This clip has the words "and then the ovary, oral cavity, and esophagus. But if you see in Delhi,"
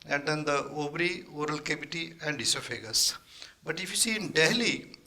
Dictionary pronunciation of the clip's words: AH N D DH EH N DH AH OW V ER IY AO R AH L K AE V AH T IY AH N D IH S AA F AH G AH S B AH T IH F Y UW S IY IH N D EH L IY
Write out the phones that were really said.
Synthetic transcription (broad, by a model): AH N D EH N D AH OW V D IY AO R AH L K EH B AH T IY AH N D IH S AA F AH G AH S B AH T IH F Y UW S IY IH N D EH L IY